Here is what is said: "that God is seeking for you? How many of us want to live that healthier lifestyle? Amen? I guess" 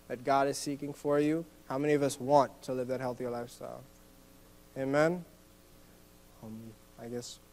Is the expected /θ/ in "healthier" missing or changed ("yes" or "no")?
no